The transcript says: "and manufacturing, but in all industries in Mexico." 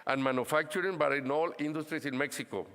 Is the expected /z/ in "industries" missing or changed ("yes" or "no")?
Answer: yes